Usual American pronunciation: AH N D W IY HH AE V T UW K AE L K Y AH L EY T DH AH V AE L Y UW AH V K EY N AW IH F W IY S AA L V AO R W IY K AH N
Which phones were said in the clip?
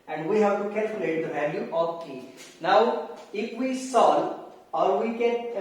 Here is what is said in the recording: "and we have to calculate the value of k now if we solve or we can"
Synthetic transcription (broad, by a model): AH N D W IY HH AE V T UW K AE L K Y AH L EY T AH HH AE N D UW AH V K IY N AW IH F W IY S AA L AO R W IY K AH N